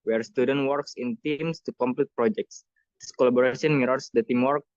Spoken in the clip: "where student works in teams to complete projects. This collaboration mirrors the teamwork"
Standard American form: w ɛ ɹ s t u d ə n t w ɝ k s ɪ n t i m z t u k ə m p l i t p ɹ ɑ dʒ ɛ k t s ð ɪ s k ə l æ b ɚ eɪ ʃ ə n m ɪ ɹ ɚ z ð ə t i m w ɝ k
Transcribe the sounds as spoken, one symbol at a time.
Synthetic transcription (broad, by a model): w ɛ ɹ s t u d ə n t w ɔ k s ɪ n t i m s t u k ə m p l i t p ɹ ɑ dʒ ɛ k t s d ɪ s k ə l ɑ b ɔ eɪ s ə n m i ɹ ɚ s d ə t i m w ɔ k